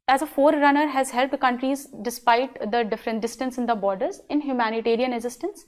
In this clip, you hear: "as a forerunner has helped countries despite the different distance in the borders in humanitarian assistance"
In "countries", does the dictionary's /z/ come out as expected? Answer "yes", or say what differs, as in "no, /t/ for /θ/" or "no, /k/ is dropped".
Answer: yes